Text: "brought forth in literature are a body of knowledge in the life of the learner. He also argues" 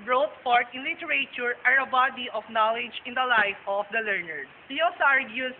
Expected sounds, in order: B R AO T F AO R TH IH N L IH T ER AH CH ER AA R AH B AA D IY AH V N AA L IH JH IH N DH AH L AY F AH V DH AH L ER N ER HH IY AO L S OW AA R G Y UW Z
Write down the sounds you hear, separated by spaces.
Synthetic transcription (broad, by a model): B R AO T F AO R T IH N L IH T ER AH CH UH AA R AH B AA D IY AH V N AA L IH JH IH N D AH L AY F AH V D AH L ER N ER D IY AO S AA R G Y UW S